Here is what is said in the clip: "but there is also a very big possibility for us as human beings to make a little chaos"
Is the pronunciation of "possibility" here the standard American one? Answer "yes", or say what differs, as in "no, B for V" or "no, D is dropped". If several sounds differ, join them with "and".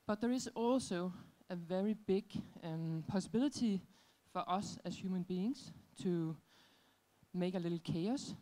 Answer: no, S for T